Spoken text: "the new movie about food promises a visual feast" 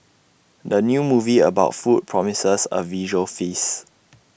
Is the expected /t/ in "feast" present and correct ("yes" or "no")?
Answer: no